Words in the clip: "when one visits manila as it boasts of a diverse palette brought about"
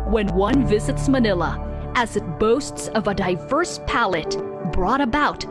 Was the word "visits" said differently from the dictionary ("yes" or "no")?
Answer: no